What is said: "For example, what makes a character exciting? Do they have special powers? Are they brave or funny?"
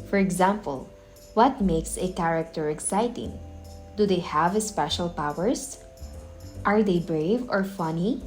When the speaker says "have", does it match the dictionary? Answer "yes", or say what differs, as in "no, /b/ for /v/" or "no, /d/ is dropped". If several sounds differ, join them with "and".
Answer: yes